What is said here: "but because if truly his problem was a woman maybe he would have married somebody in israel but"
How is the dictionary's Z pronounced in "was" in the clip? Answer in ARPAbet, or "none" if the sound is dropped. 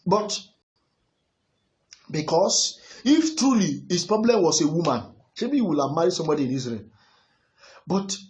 S